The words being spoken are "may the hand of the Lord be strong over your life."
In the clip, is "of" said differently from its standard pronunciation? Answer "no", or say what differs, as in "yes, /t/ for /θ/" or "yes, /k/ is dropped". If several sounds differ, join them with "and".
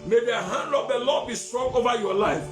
yes, /p/ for /v/